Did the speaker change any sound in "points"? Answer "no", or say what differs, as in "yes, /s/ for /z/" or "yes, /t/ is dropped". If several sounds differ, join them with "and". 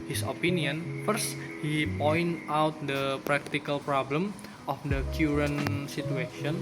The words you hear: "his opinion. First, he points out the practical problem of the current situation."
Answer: yes, /s/ is dropped